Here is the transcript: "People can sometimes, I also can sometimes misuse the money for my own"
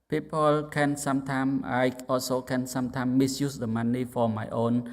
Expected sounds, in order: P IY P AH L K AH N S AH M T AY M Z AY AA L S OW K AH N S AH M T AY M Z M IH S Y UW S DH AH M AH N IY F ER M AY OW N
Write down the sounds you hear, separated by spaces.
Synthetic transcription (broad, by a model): P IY P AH L K AH N S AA M T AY M AY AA S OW K AH N S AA M T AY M M IH S Y UW S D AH M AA N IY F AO M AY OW N